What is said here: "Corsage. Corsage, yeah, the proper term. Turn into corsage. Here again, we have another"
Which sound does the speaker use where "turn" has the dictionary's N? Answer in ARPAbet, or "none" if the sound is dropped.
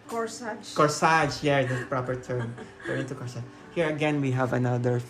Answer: none